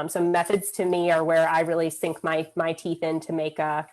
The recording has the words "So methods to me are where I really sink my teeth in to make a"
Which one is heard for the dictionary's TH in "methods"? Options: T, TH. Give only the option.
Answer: TH